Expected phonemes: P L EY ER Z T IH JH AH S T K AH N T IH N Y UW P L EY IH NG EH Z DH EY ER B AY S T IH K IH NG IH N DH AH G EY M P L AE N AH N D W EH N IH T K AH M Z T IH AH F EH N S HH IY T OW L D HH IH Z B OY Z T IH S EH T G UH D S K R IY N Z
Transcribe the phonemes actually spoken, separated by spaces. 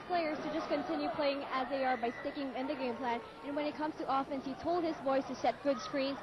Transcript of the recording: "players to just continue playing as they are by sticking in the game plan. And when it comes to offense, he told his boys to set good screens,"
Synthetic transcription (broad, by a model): P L EY ER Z T IH JH AH S K AH N T IH N Y UW P L EY IH NG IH Z DH EY ER B AY S T IH K IH NG IH N DH AH G EY M P L AE N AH N W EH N IH T K AH M Z T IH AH F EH N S HH IY T OW L D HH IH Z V OY S T IH S EH T G UH D S K R IY N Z